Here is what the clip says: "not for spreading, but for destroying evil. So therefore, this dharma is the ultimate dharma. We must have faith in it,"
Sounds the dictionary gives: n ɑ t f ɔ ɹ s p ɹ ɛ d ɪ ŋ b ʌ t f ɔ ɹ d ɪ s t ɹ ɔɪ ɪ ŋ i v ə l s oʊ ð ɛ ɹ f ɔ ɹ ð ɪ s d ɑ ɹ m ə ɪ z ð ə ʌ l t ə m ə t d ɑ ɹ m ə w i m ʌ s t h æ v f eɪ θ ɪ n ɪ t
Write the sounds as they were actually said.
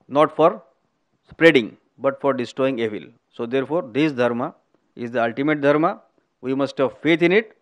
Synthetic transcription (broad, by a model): n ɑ t f ɔ ɹ s p ɹ ɛ d ɪ ŋ b ʌ t f ɔ ɹ d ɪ s t ɹ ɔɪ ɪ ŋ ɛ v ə l s oʊ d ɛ ɹ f ɔ ɹ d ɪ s d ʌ ɹ m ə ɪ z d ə ʌ l t ə m ə t d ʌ ɹ m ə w i m ʌ s t h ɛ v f eɪ t ɪ n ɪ t